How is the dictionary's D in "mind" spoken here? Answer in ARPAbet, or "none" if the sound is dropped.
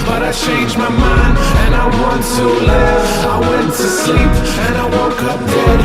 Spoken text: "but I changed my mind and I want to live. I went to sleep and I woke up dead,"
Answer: none